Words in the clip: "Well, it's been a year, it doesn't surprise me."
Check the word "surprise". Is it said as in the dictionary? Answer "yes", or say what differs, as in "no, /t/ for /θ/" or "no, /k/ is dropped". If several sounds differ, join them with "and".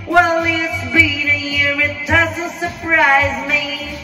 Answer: yes